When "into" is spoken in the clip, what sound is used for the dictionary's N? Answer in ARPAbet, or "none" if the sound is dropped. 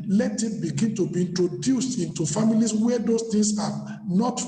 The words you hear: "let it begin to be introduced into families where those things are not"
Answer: N